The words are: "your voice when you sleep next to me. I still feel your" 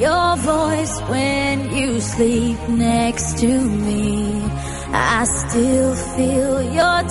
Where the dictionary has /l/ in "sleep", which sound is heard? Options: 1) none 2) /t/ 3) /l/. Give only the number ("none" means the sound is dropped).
3